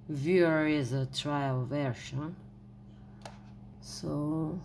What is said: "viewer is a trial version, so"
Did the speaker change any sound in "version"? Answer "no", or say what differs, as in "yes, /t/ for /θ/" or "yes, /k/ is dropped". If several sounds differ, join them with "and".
yes, /ʃ/ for /ʒ/